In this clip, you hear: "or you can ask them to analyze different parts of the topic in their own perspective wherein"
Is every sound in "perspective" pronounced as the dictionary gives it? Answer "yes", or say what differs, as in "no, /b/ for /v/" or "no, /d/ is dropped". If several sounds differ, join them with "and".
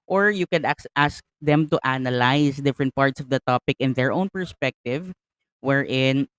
yes